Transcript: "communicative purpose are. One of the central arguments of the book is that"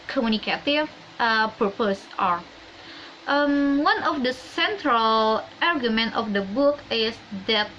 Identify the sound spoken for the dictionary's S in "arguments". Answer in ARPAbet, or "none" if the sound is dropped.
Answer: none